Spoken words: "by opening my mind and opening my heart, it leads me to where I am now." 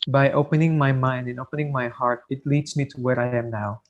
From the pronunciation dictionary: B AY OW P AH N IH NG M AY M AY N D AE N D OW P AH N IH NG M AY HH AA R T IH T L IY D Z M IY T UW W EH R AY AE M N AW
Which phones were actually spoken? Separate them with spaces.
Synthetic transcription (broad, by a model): B AY OW P AH N IH NG M AY M AY N D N OW P AH N IH NG M AY HH AA R T IH T L IY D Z M IY T UW W EH R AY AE M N AW